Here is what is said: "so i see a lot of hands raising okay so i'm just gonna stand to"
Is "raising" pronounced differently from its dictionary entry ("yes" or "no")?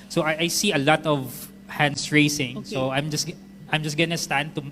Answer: yes